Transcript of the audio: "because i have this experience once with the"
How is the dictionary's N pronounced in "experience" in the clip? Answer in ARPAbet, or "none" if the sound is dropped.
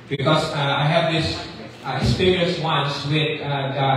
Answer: none